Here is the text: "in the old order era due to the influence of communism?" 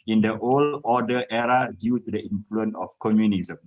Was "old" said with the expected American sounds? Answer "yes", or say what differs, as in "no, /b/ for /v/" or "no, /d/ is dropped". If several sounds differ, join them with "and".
no, /d/ is dropped